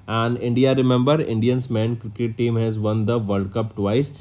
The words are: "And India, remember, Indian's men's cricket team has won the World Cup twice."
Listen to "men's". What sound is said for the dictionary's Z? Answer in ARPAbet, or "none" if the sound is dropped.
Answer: none